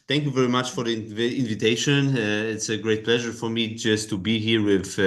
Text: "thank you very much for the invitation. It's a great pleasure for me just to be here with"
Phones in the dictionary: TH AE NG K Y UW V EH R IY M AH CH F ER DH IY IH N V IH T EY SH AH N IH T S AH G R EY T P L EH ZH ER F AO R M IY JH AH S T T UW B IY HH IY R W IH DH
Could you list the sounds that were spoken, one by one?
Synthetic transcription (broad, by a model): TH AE NG K Y UW V EH R IY M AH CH F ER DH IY IH N V IH T EY SH AH N IH T S AH G R EY T P L EH ZH ER F AO R M IY JH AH S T T UW B IY HH IY R W IH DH